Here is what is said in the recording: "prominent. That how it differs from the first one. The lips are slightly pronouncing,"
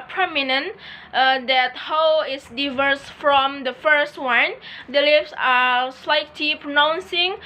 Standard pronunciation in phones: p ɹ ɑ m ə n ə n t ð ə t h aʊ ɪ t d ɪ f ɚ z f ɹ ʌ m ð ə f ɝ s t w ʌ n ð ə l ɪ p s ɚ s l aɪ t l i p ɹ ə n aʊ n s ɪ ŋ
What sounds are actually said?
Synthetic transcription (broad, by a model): p ɹ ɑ m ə n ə n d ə t h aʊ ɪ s d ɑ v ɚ s f ɹ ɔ m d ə f ɝ s t w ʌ n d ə l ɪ f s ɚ s l aɪ t l i p ɹ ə n aʊ n s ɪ ŋ